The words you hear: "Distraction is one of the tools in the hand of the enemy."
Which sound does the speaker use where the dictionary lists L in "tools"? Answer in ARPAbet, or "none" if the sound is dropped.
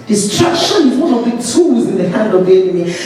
none